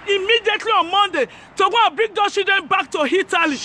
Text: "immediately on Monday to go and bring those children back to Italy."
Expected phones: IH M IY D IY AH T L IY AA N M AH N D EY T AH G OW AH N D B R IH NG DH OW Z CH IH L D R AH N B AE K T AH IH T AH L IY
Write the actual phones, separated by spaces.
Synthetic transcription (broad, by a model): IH M IY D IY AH T L IY AA N M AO N D EY T AH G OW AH B R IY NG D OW CH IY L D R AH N B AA K T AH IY T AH L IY